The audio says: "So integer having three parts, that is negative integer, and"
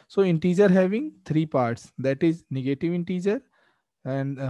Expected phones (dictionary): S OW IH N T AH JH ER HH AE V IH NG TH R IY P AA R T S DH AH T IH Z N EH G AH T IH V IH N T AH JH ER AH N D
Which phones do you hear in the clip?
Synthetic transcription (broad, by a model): S OW IH N T AH JH ER HH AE V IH NG T R IY P AA R T S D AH T IH Z N EH G AH T IH V IH N T AH JH ER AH N D